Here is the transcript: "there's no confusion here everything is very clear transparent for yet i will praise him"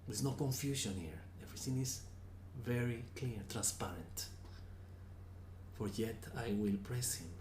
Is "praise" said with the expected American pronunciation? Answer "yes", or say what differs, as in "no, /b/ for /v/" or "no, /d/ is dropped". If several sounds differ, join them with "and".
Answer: no, /s/ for /z/